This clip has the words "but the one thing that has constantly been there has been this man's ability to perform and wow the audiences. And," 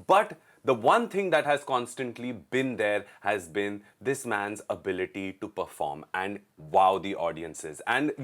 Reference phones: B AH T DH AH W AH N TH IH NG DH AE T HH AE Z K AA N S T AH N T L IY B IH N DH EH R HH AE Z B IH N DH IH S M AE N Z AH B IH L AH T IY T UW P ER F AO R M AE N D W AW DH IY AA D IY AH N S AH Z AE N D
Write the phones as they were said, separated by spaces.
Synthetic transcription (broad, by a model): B AH T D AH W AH N T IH NG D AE T HH AE Z K AA N S T AH N T L IY B IH N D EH R HH AE Z B IH N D IH S M AE N Z AH B IH L AH T IY T UW P ER F AO R M AE N D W AW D IY AA D IY AH N S AH Z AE N D